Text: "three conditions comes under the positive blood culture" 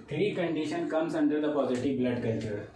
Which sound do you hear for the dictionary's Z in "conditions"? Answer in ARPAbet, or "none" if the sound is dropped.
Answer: none